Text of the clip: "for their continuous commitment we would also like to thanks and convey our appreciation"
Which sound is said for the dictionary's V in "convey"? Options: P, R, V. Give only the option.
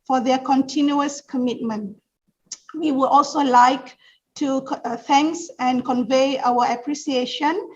V